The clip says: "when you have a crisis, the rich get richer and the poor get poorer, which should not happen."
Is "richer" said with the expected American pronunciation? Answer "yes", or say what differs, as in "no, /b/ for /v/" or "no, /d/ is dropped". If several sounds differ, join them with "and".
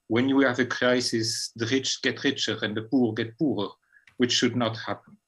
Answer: yes